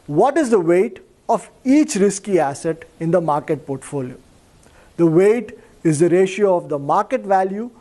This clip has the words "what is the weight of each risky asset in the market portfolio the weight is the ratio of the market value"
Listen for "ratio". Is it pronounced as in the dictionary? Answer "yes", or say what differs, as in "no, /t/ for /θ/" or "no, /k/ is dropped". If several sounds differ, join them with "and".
yes